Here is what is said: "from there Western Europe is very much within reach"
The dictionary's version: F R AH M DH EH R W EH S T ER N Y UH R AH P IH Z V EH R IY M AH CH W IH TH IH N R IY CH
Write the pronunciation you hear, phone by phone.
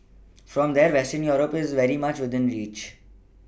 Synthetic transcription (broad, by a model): F R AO M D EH R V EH S T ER N Y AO R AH P IH Z V EH R IY M AH CH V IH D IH N R IY CH